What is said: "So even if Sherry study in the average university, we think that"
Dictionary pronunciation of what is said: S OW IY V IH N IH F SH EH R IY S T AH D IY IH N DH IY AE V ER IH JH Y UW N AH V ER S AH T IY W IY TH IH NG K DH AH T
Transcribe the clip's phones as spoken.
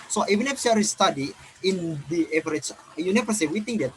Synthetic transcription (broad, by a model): S OW IY V IH N IH F S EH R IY S T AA D IY IH N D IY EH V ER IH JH Y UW N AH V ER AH S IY W IY T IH NG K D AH T